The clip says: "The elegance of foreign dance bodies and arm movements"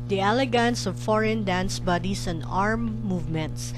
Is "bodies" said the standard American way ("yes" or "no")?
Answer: no